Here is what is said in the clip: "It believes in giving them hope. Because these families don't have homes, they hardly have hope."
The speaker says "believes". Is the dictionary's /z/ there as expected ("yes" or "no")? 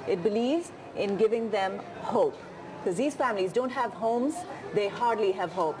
yes